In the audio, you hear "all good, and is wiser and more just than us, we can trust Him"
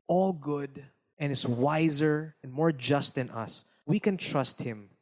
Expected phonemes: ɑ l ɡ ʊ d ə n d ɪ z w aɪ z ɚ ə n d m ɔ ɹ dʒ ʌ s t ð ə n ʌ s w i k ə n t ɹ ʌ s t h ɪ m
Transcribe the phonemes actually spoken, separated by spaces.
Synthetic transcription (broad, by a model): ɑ l ɡ ʊ d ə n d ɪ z w aɪ z ɚ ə n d m ɔ ɹ dʒ ʌ s t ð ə n ʌ s w i k ə n t ɹ ʌ s t h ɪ m